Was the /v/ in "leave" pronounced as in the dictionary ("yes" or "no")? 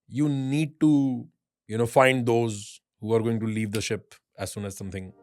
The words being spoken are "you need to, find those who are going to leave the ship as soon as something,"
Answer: yes